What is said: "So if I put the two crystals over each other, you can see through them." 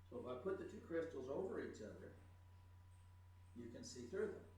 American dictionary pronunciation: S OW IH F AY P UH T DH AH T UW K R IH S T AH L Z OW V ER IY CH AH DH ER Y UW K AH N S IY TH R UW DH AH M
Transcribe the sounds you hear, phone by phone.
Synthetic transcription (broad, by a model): S OW IH F AY P UH T DH AH T UW K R IH S T L Z OW V ER IY CH AH DH ER Y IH K AH N S IY TH R UW DH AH M